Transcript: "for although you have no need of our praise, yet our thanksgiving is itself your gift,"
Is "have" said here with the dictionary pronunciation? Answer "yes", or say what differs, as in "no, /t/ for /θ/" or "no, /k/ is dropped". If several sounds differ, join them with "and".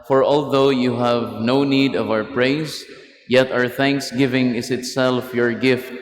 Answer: yes